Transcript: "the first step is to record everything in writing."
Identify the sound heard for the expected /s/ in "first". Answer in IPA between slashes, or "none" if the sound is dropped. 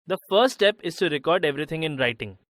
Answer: none